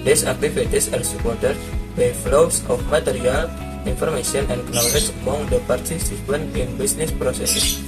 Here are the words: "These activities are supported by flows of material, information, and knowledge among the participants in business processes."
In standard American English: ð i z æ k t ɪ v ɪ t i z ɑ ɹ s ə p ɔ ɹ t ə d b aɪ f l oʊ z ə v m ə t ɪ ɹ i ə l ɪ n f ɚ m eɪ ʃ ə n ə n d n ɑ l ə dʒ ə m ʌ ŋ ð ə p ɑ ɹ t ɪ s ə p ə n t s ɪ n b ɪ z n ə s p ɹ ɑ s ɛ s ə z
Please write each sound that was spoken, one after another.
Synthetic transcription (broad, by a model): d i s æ k t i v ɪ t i s ɑ ɹ s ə p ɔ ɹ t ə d b aɪ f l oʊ s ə f m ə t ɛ ɹ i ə l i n f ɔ m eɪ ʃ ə n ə n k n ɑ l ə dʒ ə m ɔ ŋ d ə p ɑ ɹ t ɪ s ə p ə n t ɪ n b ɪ s n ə s p ɹ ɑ s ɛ s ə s